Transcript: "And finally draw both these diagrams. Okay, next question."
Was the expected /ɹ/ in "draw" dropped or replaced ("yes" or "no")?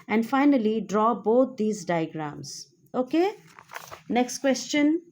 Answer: no